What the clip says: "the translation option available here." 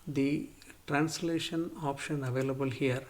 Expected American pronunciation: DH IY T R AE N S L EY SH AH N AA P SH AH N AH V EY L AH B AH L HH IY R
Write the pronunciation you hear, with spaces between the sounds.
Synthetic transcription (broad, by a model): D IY T R AE N S L EY SH AH N AA P SH AH N AH V EY L AH B AH L HH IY R